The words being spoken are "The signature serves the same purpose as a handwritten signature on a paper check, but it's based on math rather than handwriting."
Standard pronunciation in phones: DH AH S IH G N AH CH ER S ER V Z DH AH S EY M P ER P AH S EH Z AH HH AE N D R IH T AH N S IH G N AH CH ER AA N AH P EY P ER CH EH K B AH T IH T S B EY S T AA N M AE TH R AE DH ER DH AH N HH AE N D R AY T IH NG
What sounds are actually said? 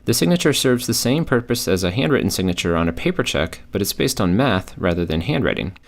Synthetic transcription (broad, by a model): DH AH S IH G N AH CH ER S ER V Z DH AH S EY M P ER P AH S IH Z AH HH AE N D R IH T N S IH G N AH CH ER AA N AH P EY P ER CH EH K B AH T IH T S B EY S T N M AE TH R AE DH ER DH AH N HH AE N D R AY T IH NG